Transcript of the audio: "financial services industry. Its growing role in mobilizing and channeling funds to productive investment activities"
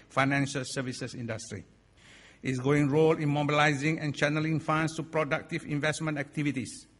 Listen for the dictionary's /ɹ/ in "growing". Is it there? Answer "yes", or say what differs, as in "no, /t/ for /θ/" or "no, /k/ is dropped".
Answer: no, /ɹ/ is dropped